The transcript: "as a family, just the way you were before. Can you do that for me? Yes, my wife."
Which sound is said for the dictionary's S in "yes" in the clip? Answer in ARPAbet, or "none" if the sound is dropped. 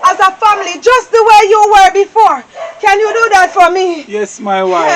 S